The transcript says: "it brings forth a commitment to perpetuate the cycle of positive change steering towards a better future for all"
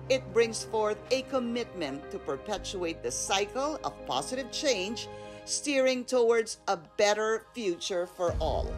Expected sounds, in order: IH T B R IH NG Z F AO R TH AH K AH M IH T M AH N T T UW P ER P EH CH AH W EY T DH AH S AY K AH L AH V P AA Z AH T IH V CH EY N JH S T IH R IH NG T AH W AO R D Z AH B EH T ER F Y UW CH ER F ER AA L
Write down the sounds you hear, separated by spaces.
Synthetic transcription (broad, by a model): IH T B R IH NG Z F AO R TH AH K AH M IH T M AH N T T UW P ER P EH CH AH EY T DH AH S AY K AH L AH V P AA Z AH T IH V CH EY N JH S T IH R IH NG T AH W AO R D Z AH B EH T ER F Y UW CH ER F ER AA L